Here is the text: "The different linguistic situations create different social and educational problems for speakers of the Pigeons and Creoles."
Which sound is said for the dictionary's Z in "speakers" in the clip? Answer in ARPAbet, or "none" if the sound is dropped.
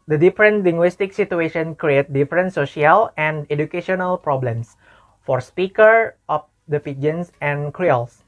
none